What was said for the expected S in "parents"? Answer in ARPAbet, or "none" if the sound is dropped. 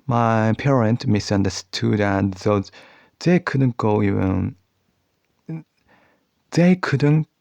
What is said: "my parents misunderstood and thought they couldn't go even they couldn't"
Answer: none